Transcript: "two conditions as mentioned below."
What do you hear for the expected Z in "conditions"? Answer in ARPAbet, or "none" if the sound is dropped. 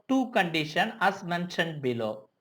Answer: none